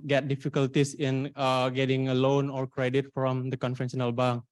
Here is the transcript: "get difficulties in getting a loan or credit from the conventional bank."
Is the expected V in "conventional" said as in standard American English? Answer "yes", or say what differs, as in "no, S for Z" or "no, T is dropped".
no, F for V